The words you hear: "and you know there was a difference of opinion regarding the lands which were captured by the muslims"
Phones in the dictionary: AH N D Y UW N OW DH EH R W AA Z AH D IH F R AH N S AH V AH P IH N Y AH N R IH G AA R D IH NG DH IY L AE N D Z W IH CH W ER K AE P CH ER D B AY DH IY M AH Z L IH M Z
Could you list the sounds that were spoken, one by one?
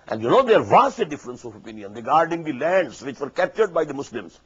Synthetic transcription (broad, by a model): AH N D Y UW N OW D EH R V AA S AH D IH F R AH N S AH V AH P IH N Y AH N R IH G AA R D IH NG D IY L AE N D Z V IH CH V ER K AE P CH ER D B AY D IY M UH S L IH M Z